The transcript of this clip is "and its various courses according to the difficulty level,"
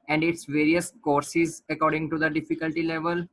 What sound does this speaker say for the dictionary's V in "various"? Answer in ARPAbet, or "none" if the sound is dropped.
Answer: V